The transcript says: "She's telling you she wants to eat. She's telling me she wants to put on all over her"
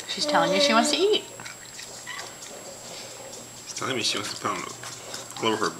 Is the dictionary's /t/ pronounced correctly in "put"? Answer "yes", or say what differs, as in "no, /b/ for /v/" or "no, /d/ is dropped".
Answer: no, /t/ is dropped